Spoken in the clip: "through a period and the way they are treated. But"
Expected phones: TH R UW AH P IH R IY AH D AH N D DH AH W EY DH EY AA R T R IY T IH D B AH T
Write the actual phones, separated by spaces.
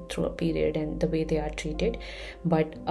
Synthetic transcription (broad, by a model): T R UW AH P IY R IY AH D AH N D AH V EY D EY AA R T R IY T IH D B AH T